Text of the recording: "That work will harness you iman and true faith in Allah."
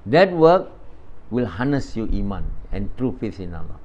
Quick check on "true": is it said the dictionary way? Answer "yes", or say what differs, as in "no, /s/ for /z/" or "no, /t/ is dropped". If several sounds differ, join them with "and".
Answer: yes